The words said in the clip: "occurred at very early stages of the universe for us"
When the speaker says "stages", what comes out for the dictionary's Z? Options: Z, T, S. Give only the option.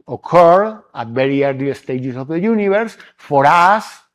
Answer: S